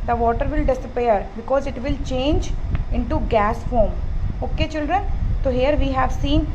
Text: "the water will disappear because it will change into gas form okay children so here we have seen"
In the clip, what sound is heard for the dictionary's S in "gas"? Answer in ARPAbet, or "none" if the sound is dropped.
S